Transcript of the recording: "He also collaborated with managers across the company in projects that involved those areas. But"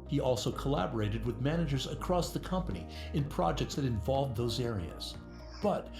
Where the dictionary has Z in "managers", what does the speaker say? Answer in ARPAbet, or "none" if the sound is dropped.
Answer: Z